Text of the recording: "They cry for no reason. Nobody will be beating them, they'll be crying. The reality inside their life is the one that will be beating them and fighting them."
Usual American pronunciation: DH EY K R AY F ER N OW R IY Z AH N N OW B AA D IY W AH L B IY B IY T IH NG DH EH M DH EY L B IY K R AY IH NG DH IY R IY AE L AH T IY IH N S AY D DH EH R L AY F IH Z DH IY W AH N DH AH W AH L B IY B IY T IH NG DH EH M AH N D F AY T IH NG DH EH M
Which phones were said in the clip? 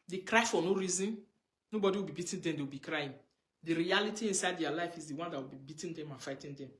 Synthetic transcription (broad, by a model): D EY K R AY F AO N OW R IY Z AH N N OW B AA D IY W AH L B IY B IY T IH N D EH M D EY W B IY K R AY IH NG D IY R IY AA L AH T IY IH N S AY D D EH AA L AY F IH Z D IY W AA N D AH W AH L B IY B IY T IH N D EH M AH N F AY T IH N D EH M